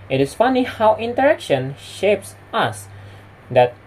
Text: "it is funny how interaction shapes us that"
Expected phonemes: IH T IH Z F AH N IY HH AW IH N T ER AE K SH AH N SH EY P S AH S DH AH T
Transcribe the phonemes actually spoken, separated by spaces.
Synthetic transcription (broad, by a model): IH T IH S F AH N IY HH AW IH N T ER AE K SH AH N SH EY P S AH S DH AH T